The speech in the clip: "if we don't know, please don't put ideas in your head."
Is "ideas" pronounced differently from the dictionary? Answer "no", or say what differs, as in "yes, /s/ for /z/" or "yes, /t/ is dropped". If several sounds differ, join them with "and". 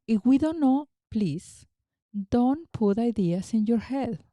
yes, /s/ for /z/